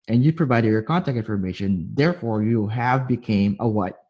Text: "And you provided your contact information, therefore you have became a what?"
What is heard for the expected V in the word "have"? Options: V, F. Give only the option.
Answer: V